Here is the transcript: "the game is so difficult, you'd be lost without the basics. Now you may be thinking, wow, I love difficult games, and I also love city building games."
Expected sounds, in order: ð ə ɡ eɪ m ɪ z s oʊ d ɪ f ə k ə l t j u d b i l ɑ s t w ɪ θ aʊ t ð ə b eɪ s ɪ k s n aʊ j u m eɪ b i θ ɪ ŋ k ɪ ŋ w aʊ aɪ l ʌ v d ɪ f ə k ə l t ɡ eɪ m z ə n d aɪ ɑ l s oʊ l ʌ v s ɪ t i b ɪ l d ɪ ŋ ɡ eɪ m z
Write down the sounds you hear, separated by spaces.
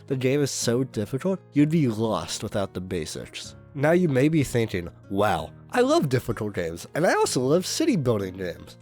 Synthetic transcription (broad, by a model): ð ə ɡ eɪ m ɪ z s oʊ d ɪ f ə k l t j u d b i l ɑ s t w ɪ θ aʊ t ð ə b eɪ s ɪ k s n aʊ j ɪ m eɪ b i θ ɪ ŋ k ɪ ŋ w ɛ aɪ l ʌ v d ɪ f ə k l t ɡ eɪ m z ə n aɪ ɑ l s oʊ l ʌ v s ɪ t i b ɪ l d ɪ ŋ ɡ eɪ m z